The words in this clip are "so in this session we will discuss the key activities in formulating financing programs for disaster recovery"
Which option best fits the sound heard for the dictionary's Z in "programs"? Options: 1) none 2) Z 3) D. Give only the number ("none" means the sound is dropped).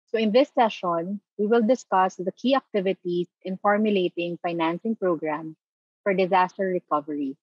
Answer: 1